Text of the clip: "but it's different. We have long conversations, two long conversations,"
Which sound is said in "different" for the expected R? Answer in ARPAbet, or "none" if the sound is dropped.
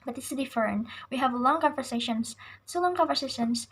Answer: none